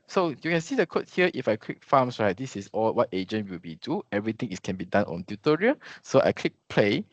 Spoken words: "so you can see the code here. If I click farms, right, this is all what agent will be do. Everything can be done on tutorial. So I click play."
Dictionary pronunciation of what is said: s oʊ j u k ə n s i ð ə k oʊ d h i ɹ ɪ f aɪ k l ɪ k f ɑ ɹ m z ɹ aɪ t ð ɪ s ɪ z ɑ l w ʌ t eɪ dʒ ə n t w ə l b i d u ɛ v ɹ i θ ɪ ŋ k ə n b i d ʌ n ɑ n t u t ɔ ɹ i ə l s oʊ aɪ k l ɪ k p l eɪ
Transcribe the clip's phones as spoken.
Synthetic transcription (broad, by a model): s oʊ j u k ə n s i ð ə k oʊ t h i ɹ ɪ f aɪ k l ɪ k f ɑ m s ɹ aɪ t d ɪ s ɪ s ɑ l w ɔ t eɪ dʒ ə n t w ə l b i d u ɛ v ɹ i t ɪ ŋ k ə n b i d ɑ n ɑ n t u t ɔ ɹ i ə s oʊ aɪ k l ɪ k p l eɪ